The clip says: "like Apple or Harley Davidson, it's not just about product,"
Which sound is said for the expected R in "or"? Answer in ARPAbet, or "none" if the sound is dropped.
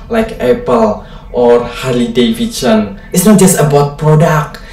R